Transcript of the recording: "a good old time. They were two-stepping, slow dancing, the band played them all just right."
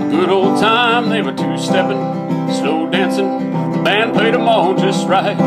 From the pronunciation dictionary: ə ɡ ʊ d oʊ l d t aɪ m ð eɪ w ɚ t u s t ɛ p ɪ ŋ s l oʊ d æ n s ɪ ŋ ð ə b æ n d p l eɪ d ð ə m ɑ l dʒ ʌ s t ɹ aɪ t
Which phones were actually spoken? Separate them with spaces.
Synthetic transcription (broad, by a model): ɡ ʊ d oʊ l d t aɪ m ð eɪ w ɚ t u s t ɛ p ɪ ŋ s n oʊ d æ n s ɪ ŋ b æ n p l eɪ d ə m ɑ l dʒ ʌ s t ɹ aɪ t